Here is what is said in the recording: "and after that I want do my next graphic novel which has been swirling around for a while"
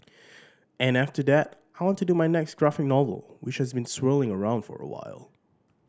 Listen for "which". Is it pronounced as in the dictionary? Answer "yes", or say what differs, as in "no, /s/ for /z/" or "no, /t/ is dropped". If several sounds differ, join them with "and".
yes